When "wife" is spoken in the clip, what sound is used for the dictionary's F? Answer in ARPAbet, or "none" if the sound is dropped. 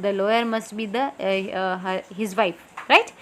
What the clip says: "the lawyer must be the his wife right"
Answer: P